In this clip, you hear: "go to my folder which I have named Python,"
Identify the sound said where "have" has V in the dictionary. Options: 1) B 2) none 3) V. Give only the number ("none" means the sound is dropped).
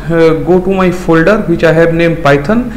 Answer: 1